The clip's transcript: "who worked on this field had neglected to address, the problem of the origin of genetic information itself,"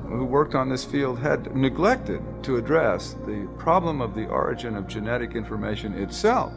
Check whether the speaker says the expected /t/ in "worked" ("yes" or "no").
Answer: yes